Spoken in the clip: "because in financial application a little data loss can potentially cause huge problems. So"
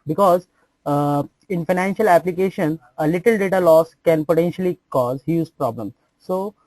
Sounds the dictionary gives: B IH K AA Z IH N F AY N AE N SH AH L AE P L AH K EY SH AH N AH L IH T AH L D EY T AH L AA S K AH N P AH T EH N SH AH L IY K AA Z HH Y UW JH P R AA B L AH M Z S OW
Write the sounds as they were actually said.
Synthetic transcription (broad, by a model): B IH K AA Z IH N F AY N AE N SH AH L AE P L AH K EY SH AH N AH L IH T AH L D EY T AH L AA S K AH N P AH T EH N SH AH L IY K AA Z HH Y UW Z P R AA B L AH M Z S OW